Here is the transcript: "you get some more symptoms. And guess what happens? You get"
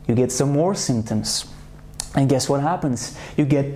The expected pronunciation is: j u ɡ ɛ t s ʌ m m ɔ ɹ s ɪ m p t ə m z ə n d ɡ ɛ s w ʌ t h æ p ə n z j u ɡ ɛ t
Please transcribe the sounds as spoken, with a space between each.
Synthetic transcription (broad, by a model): j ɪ ɡ ɛ t s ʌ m m ɔ ɹ s ɪ m p t ə m z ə n ɡ ɛ s w ʌ t h æ p ə n z j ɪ ɡ ɛ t